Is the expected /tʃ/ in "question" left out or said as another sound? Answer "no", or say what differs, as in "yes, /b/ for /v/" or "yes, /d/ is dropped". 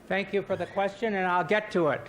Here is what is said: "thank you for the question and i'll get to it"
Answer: no